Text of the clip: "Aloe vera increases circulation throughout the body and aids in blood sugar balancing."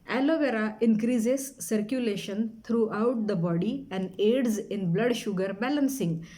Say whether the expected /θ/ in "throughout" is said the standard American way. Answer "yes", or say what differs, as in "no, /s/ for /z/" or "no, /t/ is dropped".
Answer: no, /t/ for /θ/